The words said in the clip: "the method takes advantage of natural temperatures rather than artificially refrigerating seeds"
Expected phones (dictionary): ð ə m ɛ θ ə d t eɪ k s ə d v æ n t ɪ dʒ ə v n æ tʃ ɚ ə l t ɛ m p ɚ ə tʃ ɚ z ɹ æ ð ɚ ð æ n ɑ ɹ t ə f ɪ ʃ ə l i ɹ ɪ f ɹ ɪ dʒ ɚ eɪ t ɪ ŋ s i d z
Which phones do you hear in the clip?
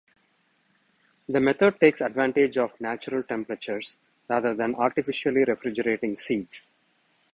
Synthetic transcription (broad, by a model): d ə m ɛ t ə d t eɪ k s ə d v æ n t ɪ dʒ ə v n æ tʃ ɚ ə l t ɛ m p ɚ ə tʃ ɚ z ɹ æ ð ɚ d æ n ɑ ɹ t ə f ɪ ʃ ə l i ɹ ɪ f ɹ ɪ dʒ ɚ eɪ t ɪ ŋ s i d s